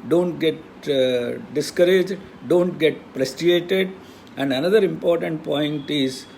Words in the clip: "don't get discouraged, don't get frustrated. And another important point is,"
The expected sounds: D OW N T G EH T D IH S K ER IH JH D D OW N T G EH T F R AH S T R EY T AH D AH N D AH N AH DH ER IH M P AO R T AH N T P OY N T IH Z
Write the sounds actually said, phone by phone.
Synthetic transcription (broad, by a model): D OW N T G EH T D IH S K ER IH JH D D OW N T G EH T P R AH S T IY EY T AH D AH N D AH N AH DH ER IH M P AO R T AH N T P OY N T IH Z